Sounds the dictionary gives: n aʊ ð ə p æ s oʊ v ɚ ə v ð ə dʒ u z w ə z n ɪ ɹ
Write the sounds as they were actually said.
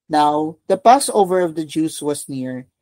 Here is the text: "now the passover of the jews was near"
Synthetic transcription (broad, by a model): n aʊ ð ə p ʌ s oʊ v ɚ ə v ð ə dʒ u s w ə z n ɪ ɹ